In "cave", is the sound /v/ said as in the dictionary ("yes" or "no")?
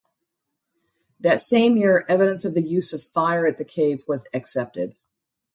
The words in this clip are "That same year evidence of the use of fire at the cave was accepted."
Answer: yes